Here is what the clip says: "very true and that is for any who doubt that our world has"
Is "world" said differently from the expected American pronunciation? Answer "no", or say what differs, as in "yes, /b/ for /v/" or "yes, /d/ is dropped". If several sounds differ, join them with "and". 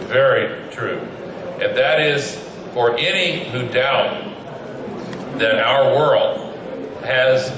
no